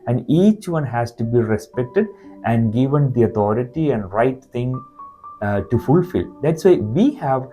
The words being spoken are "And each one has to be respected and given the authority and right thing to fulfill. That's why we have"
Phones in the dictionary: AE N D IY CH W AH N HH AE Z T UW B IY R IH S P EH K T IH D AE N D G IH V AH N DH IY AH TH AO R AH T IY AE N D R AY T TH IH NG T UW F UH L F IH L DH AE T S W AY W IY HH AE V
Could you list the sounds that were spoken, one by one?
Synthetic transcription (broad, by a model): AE N D IY CH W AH N HH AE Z T UW B IY R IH S P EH K T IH D AE N D G IH V AH N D IY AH T AO R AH T IY AE N D R AY T T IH NG T UW F UH L F IH L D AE T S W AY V IY HH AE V